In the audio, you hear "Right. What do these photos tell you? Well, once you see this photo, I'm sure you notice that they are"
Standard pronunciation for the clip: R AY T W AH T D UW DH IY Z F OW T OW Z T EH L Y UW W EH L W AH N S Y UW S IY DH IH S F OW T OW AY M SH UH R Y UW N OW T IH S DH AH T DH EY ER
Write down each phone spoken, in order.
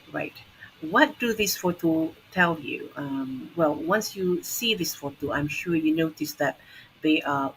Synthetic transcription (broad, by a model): R AY T W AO T D UW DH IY S F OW T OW T EH L Y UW W EH L W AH N S Y UW S IY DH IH S F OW T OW AY M SH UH Y UW N OW T IH S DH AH T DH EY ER